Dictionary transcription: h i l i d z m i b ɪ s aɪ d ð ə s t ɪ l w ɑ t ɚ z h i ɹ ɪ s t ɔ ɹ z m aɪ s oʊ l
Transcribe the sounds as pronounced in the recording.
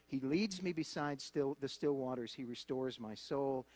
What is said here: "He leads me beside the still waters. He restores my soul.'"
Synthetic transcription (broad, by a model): h i l i d z m i b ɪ s aɪ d ð ə s t ɪ l w ɑ t ɚ z h i ɹ ɪ s t ɔ ɹ z m aɪ s oʊ l